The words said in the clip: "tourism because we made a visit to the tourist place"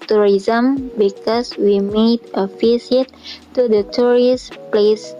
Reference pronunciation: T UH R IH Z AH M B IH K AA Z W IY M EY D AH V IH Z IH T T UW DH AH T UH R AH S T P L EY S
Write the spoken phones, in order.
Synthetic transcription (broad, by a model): T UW R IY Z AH M B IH K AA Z W IY M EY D AH F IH S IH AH T UW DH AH T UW R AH S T P L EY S